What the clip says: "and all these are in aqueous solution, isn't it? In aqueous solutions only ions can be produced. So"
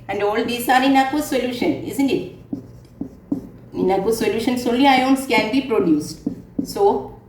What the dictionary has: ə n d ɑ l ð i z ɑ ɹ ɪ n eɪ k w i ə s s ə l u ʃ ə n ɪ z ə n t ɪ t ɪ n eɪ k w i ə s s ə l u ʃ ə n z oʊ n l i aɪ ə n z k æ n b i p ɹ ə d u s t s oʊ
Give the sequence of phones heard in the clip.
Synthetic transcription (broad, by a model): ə n d ɑ l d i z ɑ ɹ ɪ n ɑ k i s s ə l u ʃ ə n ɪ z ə n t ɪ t ɪ n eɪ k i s s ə l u ʃ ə n s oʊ l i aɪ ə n s k æ n b i p ɹ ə d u s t s oʊ